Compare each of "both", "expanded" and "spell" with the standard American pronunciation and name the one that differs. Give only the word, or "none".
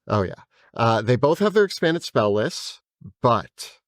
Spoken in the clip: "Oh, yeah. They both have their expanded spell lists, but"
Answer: none